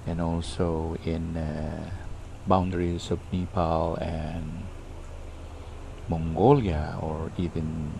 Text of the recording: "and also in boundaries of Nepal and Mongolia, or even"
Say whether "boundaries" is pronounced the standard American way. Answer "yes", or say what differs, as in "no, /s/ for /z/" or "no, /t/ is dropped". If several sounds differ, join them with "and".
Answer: no, /s/ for /z/